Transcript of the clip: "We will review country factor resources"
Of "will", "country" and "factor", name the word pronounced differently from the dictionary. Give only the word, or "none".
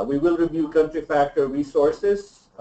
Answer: none